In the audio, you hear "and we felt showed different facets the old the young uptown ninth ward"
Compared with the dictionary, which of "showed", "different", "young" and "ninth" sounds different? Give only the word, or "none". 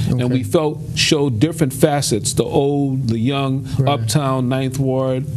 none